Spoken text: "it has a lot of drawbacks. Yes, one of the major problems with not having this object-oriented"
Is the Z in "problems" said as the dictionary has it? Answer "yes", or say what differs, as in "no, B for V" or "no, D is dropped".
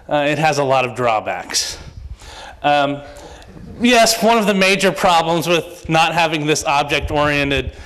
yes